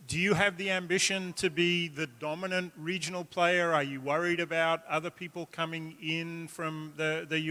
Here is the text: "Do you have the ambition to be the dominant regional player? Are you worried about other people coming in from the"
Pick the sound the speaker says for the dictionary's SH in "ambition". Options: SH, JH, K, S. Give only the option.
SH